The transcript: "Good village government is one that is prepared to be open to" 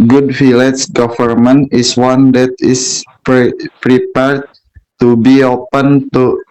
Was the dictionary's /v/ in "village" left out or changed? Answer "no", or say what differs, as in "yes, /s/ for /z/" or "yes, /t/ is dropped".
yes, /f/ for /v/